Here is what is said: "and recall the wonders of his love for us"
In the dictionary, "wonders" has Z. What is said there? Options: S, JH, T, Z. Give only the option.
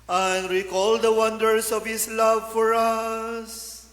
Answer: S